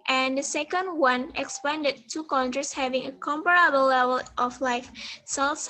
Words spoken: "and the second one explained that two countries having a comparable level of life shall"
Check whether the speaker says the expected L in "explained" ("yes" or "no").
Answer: no